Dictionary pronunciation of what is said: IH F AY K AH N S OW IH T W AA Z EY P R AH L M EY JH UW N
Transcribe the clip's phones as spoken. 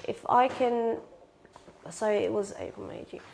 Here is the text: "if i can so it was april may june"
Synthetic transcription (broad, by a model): IH F AY K AH N S OW IH T W AA Z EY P AH M EY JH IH